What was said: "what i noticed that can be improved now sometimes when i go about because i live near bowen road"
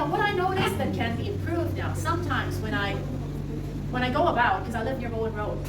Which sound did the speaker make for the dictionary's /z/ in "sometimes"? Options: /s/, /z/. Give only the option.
/z/